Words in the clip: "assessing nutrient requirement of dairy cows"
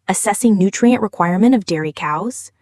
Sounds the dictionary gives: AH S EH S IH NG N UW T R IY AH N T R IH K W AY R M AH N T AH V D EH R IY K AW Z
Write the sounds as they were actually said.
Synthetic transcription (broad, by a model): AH S EH S IH NG N UW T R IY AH N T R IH K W AY R M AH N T AH V D EH R IY K AW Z